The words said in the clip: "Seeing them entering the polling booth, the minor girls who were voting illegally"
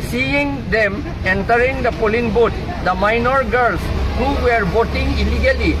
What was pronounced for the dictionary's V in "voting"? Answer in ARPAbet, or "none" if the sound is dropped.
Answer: B